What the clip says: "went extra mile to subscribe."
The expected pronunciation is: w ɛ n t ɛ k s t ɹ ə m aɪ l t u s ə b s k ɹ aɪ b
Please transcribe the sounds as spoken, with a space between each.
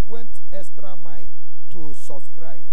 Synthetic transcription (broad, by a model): w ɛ n t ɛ s t ɹ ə m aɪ t u s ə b s k ɹ aɪ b